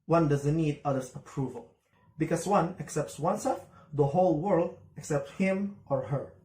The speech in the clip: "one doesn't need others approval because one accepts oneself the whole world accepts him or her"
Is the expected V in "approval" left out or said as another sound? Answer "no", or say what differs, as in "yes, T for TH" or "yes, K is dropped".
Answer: no